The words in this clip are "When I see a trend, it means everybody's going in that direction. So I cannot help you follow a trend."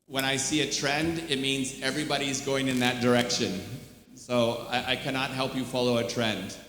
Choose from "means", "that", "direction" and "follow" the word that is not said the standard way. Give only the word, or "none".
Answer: none